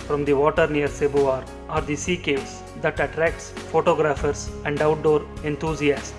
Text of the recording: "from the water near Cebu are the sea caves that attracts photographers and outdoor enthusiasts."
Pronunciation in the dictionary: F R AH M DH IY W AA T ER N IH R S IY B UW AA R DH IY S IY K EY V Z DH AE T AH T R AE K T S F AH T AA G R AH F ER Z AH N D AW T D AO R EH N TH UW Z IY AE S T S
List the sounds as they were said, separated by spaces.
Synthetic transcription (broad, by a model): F R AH M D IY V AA T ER N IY R S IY B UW AA R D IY S IY K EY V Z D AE T AH T R AE K T S F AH T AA G R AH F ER S AH N D AW T D AO R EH N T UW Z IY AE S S